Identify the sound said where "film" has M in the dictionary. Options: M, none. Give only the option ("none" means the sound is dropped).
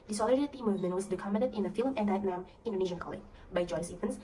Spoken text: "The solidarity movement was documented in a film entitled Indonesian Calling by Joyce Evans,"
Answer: M